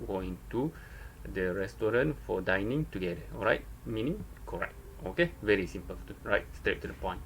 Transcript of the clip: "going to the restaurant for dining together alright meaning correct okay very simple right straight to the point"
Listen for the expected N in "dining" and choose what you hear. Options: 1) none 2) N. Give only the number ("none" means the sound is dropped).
2